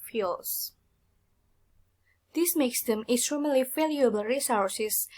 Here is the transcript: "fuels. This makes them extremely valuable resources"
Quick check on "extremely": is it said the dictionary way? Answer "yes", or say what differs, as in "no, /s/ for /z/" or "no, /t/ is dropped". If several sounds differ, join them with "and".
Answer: no, /k/ is dropped